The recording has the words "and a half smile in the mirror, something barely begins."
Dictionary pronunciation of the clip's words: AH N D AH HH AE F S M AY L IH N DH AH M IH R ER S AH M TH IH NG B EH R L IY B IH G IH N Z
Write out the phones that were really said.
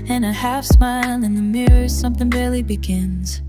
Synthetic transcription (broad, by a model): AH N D AH HH AE F S M AY L IH N DH AH M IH R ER S AH M TH IH NG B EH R L IY B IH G IH N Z